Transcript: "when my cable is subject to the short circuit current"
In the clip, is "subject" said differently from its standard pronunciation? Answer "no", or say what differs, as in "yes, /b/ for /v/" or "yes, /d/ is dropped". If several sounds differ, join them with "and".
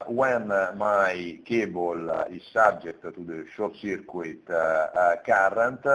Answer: yes, /b/ is dropped